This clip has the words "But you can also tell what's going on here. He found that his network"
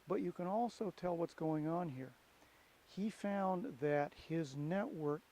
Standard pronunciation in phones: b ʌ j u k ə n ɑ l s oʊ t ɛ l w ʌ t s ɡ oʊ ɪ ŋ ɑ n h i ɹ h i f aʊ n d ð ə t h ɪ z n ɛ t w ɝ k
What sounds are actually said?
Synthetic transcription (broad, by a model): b ʌ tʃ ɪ k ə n ɑ l s oʊ t ɛ l w ʌ t s ɡ oʊ ɪ ŋ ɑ n h i ɹ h i f aʊ n ð ə t h ɪ z n ɛ t w ɝ k